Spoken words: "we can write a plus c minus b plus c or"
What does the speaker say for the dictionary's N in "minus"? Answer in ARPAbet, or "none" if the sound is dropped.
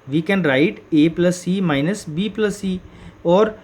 N